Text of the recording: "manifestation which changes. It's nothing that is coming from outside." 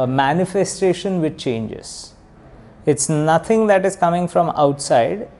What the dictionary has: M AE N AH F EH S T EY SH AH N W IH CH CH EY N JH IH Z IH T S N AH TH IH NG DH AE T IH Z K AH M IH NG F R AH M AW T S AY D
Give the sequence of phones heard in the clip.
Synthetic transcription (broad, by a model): M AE N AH F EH S T EY SH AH N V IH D CH EY N JH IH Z IH T S N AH T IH NG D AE T IH Z K AH M IH NG F R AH M AW T S AY D